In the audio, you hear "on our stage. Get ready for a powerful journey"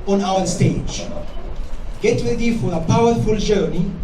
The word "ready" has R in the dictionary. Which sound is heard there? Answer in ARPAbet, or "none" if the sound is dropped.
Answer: W